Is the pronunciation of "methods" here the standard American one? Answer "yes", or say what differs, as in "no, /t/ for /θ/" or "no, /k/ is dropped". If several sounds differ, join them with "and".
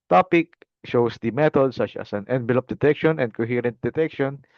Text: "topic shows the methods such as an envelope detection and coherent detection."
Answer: no, /t/ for /θ/